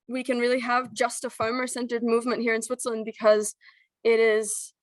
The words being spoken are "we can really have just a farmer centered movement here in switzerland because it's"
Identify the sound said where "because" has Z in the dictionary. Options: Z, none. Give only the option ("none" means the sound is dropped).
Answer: Z